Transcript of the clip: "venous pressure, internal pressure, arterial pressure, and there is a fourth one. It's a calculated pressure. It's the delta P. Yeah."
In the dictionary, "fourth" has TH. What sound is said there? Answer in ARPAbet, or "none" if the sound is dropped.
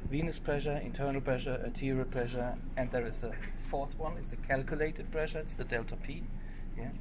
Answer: TH